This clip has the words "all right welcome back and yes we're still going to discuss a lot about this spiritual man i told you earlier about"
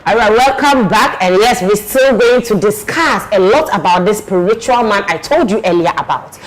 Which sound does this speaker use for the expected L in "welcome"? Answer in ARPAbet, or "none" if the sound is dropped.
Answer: L